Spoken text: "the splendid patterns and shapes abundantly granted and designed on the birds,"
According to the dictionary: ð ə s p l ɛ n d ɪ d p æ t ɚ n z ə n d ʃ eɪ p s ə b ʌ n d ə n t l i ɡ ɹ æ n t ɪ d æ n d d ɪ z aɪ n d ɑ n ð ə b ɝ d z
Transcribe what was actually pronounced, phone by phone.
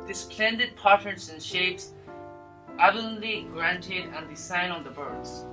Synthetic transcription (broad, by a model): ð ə s p l ɛ n d ɪ d p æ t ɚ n s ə n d ʃ eɪ p s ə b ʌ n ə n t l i ɡ ɹ æ n t ɪ d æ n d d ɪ s aɪ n ɑ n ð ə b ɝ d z